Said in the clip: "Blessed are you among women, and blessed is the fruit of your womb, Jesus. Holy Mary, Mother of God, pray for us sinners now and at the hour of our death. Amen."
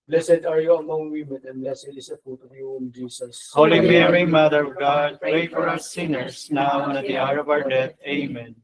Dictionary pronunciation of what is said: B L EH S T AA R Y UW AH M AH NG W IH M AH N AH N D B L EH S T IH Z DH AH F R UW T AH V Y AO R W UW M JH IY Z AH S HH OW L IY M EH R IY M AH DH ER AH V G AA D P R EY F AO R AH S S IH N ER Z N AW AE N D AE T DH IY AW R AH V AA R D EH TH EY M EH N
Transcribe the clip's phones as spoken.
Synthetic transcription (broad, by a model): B L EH S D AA R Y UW AH M AH NG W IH M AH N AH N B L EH S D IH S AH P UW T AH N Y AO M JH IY S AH S HH OW L IY M EH R IY M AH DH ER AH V G AA D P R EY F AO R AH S S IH N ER S N AW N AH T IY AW R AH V AA R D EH T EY M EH N